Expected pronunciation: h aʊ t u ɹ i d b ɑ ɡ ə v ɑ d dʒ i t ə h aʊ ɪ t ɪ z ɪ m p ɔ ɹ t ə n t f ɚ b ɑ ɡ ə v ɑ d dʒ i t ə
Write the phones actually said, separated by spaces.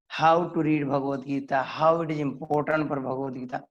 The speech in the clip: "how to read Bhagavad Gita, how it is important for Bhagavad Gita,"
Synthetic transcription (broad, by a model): h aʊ t u ɹ i d b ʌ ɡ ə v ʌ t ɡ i t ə h aʊ ɪ t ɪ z ɪ m p ɔ ɹ t ə n t p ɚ b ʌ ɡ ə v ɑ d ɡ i t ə